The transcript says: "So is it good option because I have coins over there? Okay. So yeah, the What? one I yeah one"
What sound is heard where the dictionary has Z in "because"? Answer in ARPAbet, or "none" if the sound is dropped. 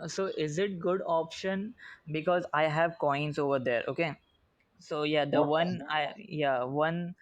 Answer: Z